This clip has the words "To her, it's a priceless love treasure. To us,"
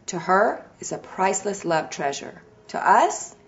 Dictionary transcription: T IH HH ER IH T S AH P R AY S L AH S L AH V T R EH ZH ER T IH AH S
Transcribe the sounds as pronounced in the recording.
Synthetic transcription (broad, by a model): T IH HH ER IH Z AH P R AY S L AH S L AH V T R EH ZH ER T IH AH S